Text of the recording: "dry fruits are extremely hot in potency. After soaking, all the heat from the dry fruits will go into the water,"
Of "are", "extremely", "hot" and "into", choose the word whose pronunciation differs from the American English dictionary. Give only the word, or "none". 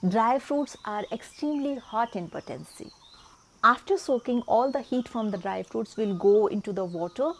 none